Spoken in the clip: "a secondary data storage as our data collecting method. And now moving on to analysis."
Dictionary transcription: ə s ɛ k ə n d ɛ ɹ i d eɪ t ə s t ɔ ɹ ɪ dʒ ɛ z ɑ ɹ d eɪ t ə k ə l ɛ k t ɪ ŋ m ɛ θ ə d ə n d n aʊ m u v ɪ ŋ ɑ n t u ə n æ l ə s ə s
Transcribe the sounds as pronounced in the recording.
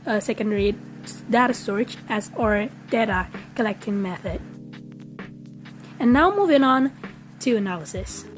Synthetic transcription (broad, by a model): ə s ɛ k ə n d ɛ ɹ i d eɪ t ə s t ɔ ɹ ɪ tʃ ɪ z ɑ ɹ d eɪ t ə k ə l ɛ k t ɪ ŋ m ɛ θ ə d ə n n aʊ m u v ɪ ŋ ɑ n t u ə n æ l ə s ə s